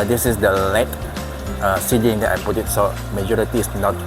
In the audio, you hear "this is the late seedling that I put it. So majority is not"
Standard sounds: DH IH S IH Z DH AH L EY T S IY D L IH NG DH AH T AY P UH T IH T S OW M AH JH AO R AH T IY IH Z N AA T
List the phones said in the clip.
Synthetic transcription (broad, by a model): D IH S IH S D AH L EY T S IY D IH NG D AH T AY P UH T IH T S OW M AH JH AO R AH T IY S N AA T